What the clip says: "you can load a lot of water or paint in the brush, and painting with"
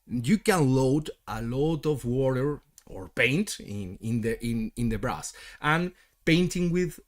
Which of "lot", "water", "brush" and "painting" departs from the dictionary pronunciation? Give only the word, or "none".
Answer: brush